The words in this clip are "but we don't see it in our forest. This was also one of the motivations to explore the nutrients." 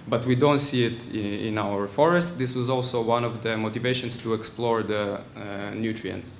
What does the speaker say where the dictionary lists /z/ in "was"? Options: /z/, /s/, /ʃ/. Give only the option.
/z/